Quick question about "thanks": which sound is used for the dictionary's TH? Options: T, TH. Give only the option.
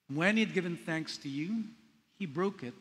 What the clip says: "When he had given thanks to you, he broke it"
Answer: TH